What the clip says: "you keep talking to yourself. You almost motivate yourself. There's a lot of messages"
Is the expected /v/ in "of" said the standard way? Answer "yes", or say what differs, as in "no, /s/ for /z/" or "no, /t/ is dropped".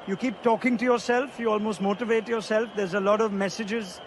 yes